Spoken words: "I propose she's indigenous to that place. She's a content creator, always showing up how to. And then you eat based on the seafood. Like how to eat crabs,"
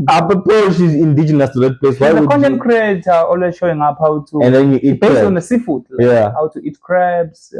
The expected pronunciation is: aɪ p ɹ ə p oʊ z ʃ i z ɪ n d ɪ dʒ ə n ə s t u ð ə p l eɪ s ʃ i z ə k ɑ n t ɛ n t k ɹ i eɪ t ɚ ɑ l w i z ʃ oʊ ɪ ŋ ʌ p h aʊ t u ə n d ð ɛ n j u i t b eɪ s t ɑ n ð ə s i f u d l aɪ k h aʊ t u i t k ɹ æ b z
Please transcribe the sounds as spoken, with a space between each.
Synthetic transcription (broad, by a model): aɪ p ə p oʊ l ʃ i z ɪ n d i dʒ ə n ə s t u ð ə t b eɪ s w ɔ ə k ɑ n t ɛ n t k ɹ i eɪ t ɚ ɑ l w i z ʃ oʊ ɪ ŋ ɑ p h aʊ t u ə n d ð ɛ n j u i t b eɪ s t ɑ n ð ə s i f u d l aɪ h aʊ t u i t k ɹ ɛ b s